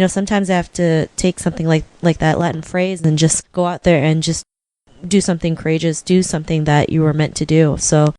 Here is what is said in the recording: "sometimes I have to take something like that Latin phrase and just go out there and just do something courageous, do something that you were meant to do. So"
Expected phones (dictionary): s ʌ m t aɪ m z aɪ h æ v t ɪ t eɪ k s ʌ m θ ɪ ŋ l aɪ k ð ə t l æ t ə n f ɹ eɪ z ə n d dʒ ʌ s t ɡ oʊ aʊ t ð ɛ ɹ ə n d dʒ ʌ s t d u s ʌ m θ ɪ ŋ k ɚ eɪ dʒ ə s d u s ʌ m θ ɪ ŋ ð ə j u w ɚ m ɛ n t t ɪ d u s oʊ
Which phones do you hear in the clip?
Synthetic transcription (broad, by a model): s ʌ m t aɪ m z aɪ h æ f t ɪ t eɪ k s ʌ m θ ɪ ŋ l aɪ k ð ə t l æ t n f ɹ eɪ z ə n dʒ ʌ s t ɡ oʊ aʊ t ð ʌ ɹ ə n dʒ ʌ s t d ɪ s ʌ m θ ɪ ŋ k ɚ eɪ dʒ ə s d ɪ s ʌ m θ ɪ ŋ ð ə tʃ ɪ w ɚ m ɛ n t t ɪ d u s oʊ